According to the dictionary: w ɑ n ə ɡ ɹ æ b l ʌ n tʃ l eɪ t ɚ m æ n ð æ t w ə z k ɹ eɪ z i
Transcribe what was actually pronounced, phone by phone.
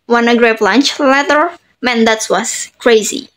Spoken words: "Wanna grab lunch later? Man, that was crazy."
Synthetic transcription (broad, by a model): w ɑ n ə ɡ ɹ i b l ʌ n tʃ l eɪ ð ɚ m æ n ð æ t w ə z k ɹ eɪ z i